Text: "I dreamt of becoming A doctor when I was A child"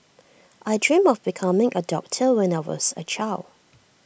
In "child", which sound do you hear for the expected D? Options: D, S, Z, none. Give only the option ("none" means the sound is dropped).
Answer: none